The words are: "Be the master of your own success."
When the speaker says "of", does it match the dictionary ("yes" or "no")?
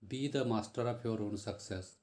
no